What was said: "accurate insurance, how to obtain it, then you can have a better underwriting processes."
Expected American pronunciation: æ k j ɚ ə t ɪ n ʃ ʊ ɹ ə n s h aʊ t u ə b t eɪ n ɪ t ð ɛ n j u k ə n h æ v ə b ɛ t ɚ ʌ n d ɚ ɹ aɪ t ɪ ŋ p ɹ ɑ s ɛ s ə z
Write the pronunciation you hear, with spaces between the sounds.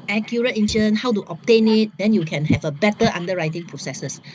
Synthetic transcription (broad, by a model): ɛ k j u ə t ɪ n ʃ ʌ ə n h aʊ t u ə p t eɪ n ɪ t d ɛ n j u k ə n h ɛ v ə b ɛ t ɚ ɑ n d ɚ ɹ aɪ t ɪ ŋ p ɹ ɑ s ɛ s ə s